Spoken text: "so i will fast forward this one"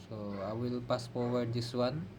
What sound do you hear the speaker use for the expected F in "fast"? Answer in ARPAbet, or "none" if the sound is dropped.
P